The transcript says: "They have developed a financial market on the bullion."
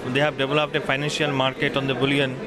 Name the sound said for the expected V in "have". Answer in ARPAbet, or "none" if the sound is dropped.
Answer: B